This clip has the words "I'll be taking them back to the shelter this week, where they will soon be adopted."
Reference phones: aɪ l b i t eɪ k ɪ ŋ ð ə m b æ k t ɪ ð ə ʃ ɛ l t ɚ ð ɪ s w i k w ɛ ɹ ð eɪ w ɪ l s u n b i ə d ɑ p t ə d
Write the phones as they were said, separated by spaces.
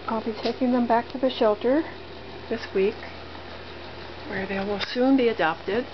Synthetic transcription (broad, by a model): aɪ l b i t eɪ k ɪ ŋ ð ə m b æ k t ɪ ð ə ʃ ɛ l t ɚ ð ɪ s w i k w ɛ ɹ ð eɪ w ɪ l s u n b i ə d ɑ p t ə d